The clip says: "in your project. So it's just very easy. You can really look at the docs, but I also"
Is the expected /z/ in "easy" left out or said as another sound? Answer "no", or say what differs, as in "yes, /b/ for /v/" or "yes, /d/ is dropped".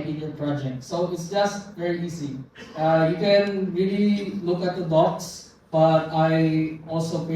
yes, /s/ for /z/